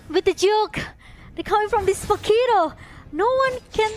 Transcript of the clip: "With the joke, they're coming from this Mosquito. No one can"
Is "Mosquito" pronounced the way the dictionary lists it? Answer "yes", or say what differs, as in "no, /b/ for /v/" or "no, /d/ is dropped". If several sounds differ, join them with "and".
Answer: no, /s/ is dropped